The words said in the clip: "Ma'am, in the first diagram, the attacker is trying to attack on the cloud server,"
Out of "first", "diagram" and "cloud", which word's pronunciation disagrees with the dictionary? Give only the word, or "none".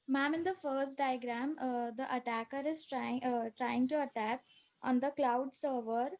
none